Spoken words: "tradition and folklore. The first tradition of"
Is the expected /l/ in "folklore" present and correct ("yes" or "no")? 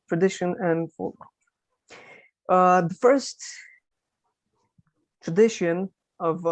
no